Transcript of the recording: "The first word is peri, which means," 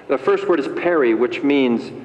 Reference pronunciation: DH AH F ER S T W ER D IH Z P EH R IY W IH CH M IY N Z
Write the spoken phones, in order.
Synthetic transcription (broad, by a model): DH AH F ER S T W ER D IH Z P EH R IY W IH CH M IY N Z